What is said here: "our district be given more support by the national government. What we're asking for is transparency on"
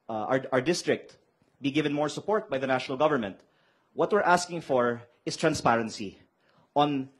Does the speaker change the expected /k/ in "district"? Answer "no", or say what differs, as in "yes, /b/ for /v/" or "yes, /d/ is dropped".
no